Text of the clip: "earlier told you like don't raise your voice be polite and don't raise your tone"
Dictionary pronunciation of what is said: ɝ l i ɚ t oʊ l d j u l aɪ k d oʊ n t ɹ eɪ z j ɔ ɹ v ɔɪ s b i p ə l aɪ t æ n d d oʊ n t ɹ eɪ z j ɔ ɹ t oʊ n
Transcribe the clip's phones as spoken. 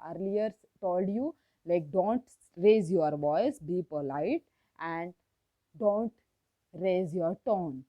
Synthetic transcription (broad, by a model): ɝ l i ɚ t oʊ l d j u l aɪ k d oʊ n t ɹ eɪ z j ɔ ɹ v ɔɪ s b i p ə l aɪ t æ n d d oʊ n t ɹ eɪ z j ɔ ɹ t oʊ n